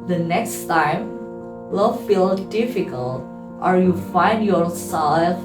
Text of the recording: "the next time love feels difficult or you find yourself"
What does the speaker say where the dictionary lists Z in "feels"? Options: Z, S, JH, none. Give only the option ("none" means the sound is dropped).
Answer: none